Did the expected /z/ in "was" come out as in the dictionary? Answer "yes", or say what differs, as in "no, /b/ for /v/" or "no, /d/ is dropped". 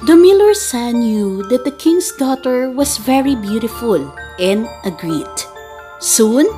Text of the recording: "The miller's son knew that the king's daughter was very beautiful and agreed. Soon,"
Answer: no, /s/ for /z/